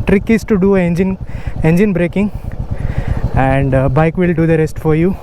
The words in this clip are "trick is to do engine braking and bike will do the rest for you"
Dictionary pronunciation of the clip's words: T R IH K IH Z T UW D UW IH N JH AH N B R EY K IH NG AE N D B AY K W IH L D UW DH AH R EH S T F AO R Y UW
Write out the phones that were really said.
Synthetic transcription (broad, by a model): T R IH K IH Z T UW D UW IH N JH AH N B R EY K IH NG AE N D B AY K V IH L D UW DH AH R EH S T F AO R Y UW